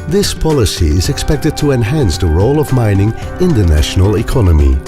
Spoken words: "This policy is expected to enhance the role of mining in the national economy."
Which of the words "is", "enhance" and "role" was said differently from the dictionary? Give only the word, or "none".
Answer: none